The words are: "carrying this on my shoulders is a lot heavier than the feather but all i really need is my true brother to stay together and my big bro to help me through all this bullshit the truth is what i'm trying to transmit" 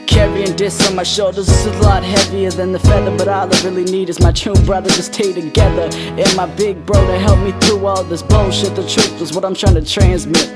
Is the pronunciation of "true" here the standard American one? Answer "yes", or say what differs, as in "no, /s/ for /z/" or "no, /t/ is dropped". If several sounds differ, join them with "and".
no, /ɹ/ is dropped